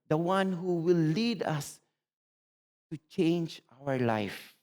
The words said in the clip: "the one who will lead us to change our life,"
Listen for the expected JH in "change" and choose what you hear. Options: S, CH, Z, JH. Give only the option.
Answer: JH